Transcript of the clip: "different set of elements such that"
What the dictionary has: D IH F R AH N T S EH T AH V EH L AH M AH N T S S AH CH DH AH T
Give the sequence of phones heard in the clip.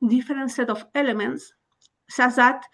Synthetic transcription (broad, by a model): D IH F R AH N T S EH T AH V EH L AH M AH N T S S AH S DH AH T